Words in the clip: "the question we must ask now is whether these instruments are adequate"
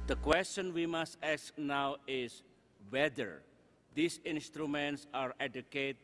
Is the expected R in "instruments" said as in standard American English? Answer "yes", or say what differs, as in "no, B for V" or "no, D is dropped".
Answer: yes